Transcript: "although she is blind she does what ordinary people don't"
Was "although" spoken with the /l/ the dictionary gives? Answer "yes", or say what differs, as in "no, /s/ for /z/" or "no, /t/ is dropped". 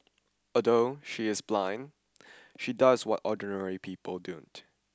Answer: no, /l/ is dropped